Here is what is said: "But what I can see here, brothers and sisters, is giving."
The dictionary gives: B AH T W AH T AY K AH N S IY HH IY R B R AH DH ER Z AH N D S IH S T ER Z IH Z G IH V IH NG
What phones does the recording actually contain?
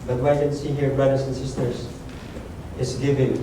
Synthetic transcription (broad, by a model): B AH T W AY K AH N S IY HH IY R B R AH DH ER S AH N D S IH S T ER S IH S G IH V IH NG